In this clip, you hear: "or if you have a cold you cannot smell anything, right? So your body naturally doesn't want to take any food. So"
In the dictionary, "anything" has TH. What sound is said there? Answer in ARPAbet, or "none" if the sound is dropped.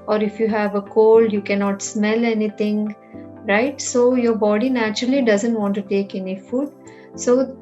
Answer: T